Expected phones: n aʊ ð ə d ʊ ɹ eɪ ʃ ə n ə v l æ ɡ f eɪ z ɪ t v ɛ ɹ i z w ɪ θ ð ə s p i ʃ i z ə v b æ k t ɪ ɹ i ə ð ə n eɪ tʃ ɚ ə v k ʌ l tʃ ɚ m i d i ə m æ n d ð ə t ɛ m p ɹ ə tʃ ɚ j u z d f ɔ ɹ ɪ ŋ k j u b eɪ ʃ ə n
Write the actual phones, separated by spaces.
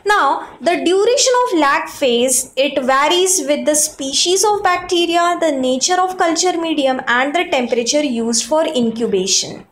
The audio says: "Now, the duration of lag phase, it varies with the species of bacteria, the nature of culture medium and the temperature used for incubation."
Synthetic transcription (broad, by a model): n aʊ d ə d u ɹ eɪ ʃ ə n ə v l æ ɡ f eɪ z ɪ t v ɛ ɹ i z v ɪ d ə s p i ʃ i z ə v b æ k t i ɹ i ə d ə n eɪ tʃ ɚ ə v k ʌ l tʃ ɚ m i d i ə m æ n d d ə t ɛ m p ɹ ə tʃ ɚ j u z d f ɔ ɹ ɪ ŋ k j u b eɪ ʃ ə n